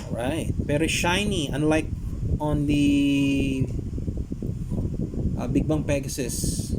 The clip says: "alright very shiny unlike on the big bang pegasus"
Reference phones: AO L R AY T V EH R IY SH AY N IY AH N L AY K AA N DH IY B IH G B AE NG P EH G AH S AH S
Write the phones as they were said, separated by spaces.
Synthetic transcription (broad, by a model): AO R AY T P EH R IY SH AY N IY AH N L AY K AA N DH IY B IH G B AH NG P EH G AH S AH S